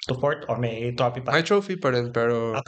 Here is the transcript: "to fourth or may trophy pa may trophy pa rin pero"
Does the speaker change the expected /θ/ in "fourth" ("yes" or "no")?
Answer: yes